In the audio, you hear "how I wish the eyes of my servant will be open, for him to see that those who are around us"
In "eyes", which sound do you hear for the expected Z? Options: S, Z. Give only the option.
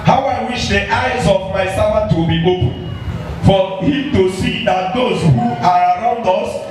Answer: Z